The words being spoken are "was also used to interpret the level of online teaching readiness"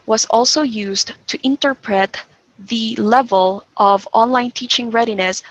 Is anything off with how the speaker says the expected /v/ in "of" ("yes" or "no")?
no